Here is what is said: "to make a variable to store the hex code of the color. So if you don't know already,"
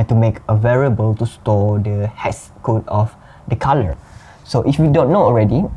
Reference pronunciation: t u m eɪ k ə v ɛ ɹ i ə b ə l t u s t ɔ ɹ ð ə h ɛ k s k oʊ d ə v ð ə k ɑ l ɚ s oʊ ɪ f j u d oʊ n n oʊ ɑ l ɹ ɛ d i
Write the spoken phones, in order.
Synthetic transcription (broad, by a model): t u m eɪ k ə v ɛ ɹ i ə b ə l t u s t ɔ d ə h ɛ s k oʊ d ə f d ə k ɑ l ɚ s oʊ ɪ f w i d oʊ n n oʊ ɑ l ɹ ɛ d i